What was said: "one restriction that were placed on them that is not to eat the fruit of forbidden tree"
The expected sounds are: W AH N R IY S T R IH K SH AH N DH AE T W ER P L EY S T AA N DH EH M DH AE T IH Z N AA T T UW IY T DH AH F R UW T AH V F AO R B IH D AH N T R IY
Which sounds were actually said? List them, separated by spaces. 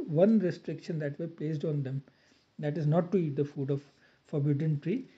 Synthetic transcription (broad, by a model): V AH N R IY S T R IH K SH AH N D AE T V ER P L EY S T AA N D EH M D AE T IH Z N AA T T UW IY T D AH F UW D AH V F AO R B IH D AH N T R IY